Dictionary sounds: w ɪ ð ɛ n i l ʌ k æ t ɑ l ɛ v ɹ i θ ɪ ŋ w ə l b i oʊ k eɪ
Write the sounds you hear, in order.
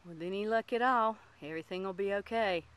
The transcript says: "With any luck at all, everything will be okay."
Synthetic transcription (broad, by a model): w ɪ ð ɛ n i l ʌ k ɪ t ɑ l ɛ v ɹ i θ ɪ ŋ w ə l b i oʊ k eɪ